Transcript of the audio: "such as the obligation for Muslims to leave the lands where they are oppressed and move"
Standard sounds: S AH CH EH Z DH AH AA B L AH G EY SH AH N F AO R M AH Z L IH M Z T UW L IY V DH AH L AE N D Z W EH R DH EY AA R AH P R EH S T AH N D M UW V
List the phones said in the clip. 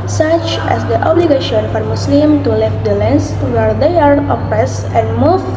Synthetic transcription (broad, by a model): S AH CH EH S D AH AA B L AH G EY SH AH N F AO R M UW S L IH M T UW L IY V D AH L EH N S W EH R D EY AA R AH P R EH S AH N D M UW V